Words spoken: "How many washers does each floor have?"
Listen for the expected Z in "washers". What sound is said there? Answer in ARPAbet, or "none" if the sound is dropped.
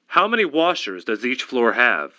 Z